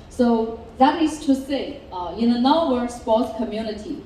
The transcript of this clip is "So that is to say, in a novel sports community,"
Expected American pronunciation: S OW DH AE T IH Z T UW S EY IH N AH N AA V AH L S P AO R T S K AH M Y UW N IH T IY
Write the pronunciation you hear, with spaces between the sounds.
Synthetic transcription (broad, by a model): S OW DH AE T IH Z T UW S EY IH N AH N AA W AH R S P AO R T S K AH M Y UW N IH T IY